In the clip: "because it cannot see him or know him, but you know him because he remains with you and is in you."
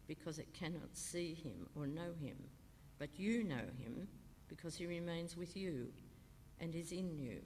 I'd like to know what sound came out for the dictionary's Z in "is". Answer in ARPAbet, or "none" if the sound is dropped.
Z